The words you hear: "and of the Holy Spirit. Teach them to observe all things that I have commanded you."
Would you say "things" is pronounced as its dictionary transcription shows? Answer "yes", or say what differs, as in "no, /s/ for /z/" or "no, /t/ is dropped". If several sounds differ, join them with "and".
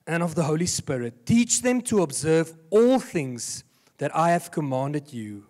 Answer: yes